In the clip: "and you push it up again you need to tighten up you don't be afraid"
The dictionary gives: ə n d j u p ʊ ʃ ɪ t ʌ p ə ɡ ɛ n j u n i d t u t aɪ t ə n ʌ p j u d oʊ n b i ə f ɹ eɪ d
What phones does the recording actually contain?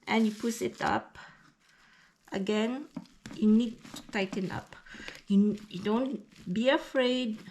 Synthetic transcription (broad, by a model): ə n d j u p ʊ s ɪ t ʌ p ə ɡ ɛ n j u n i d t u t aɪ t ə n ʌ p j u d oʊ n b i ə f ɹ eɪ d